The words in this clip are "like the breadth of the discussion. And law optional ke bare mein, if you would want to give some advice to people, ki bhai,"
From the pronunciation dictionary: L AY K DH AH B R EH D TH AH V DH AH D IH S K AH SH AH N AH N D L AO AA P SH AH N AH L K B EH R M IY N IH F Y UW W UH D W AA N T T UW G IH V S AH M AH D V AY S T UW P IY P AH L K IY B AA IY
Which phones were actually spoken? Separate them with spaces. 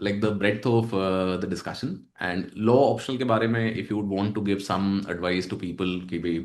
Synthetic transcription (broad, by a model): L AY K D AH B R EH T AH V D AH D IH S K AH SH AH N AH N D L AO AA P SH AH N AH L K B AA R M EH IH F Y UW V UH D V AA N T T UW G IH V S AH M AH D V AY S T UW P IY P AH L K IY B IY